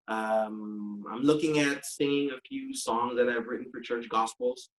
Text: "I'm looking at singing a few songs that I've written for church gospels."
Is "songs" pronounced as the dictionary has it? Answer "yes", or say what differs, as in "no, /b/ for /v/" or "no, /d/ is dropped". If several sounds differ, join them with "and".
yes